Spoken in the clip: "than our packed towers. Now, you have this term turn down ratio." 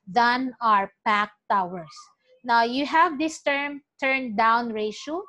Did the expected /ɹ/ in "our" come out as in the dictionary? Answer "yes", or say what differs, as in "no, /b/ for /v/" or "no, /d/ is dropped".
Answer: yes